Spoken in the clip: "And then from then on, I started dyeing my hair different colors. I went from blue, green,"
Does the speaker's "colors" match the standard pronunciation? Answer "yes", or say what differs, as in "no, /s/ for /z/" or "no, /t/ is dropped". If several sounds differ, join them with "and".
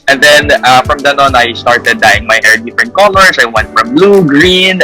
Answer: no, /s/ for /z/